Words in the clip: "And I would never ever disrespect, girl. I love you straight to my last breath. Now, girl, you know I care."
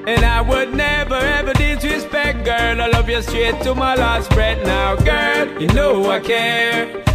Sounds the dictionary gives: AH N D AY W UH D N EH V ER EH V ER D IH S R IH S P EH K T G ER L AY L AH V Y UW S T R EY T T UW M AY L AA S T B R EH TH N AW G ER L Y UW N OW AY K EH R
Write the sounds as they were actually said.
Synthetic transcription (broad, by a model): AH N AY W UH D N EH V ER EH V ER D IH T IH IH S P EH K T G ER L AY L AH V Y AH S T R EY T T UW M AY L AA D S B R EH T N AW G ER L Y N OW AY K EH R